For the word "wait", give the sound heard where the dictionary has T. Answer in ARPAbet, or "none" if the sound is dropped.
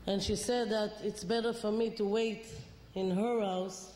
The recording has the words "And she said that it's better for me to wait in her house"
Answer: T